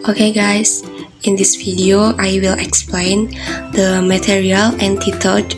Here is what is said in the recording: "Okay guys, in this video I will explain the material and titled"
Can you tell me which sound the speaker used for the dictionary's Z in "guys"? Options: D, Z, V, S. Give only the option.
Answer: S